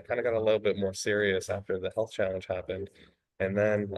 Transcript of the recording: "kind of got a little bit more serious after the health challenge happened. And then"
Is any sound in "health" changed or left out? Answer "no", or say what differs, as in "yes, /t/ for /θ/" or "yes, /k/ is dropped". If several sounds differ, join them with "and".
no